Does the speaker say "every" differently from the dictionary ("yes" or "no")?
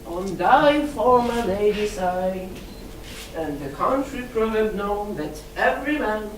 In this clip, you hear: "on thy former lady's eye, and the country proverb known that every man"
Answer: no